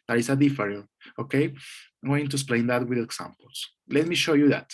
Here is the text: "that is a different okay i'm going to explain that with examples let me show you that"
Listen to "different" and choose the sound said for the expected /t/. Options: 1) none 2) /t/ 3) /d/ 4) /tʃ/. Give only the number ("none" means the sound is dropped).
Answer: 1